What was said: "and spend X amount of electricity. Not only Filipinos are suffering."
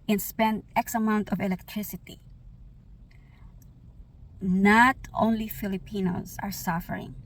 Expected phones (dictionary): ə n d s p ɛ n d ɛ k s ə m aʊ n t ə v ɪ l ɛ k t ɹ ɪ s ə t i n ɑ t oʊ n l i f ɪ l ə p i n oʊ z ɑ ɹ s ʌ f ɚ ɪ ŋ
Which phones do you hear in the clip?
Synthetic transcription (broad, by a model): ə n s p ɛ n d ɛ k s ə m aʊ n t ə v ɪ l ɛ k t ɹ ɪ s ə t i n ɑ t oʊ n l i f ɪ l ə p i n oʊ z ɑ ɹ s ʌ f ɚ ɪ ŋ